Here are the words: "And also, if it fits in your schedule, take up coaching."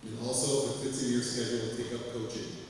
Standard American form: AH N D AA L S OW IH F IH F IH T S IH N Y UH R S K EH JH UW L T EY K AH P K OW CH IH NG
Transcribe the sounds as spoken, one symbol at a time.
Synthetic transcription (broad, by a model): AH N AA L S OW IH F IH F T IH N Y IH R S K EH JH UW L T EY K AH P K OW CH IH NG